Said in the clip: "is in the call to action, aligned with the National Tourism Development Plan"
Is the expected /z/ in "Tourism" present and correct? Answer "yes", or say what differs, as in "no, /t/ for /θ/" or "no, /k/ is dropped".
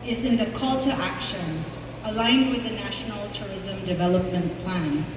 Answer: yes